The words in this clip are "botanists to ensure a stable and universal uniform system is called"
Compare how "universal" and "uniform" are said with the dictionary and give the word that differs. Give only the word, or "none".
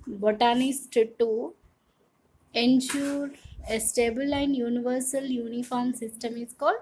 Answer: none